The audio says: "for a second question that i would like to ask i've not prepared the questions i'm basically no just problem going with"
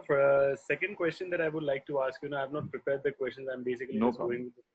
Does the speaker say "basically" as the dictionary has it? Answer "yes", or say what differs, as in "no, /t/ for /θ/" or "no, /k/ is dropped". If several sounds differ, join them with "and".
no, /l/ is dropped